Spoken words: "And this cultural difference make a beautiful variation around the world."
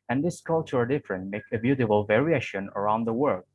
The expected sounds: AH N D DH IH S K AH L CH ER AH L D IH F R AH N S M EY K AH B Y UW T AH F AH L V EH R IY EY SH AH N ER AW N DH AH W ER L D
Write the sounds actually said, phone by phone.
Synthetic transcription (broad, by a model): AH N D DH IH S K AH L CH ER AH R D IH F R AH N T M EY K AH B Y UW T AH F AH L V EH R IY EY SH AH N ER AW N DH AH W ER L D